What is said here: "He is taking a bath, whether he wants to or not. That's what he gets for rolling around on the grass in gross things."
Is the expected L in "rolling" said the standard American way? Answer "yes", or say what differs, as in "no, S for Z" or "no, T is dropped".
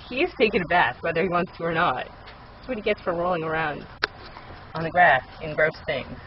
yes